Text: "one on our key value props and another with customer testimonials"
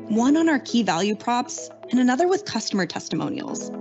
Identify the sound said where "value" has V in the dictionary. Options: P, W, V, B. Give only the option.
V